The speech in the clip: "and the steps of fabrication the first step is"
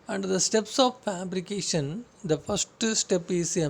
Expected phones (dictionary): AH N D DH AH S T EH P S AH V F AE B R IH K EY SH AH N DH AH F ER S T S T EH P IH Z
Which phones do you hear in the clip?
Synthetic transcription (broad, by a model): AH N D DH AH S T EH P S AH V F AE B R IH K EY SH AH N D AH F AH S T S T EH P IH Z